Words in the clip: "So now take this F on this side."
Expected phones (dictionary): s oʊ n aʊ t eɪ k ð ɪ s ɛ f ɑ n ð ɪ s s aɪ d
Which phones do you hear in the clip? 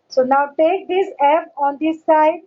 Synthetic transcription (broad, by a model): s oʊ n aʊ t eɪ k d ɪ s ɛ p ɑ n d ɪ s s aɪ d